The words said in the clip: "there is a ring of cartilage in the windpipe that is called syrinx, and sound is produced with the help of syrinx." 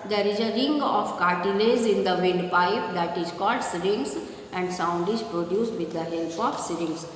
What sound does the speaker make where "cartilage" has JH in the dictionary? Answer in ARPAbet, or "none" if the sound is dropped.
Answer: Z